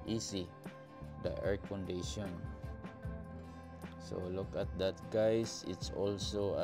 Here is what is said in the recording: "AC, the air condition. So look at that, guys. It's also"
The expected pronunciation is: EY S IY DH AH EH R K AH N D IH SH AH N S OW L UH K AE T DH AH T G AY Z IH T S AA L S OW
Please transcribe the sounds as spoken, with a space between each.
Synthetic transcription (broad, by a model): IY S IY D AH EH R K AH N D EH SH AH N S OW L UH K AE T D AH T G AY S IH T S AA L S OW